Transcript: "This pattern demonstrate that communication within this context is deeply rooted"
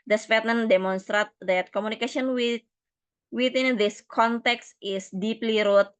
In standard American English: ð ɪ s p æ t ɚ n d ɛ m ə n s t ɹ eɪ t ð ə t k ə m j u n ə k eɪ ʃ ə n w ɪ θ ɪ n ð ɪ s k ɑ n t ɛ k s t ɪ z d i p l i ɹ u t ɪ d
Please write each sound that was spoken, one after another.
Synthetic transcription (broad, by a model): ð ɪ s f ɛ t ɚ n d ɛ m ə n s t ɹ eɪ t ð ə t k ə m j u n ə k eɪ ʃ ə n w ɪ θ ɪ n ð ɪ s k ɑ n t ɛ k s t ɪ s d i p l i ɹ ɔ t